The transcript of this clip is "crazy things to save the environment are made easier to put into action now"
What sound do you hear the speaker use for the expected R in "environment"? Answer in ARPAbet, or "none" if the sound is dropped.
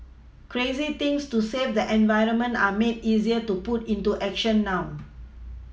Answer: R